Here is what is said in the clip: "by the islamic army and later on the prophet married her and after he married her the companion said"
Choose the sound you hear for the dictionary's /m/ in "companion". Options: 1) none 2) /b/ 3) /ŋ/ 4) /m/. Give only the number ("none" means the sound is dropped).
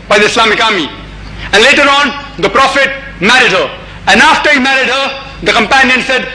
4